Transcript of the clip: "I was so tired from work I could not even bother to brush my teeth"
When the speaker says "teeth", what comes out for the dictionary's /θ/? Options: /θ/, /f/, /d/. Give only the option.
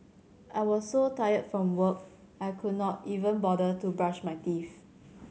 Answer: /f/